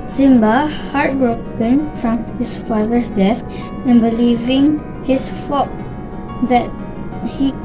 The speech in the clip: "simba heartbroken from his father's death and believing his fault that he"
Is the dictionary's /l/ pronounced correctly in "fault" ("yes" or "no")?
no